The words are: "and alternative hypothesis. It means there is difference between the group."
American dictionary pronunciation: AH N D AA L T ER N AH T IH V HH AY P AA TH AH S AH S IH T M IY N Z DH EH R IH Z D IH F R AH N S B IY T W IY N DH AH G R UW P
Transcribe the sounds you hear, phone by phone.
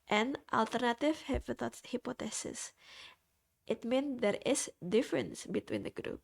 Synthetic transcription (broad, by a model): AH N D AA L T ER N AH T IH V HH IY P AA T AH S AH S IH T M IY N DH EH R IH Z D IH F R AH N S B IY T W IY N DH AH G R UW P